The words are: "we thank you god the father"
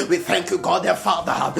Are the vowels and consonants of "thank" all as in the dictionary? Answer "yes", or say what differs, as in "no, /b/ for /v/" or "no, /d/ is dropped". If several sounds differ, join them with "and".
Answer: yes